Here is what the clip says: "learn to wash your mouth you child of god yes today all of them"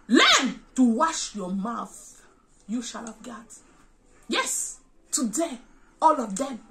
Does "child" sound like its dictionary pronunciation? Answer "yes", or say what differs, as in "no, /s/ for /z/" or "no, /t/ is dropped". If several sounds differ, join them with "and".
no, /ʃ/ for /tʃ/ and /d/ is dropped